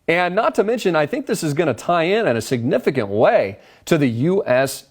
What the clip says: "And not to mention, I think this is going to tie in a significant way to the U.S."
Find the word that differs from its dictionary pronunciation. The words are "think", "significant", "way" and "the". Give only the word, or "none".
none